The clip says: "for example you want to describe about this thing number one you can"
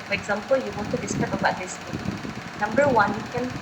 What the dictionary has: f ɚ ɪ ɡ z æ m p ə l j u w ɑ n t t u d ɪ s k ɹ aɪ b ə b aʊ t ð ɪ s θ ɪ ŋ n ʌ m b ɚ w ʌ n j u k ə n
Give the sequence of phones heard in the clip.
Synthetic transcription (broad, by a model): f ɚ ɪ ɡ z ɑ m p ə l j u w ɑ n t t u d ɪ s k aɪ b ə b aʊ t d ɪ s t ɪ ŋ n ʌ m b ɚ w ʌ n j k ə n